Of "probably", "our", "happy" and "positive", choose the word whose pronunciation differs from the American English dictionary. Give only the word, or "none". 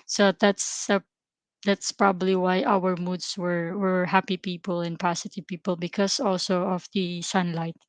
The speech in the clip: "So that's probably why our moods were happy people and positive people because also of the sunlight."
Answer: positive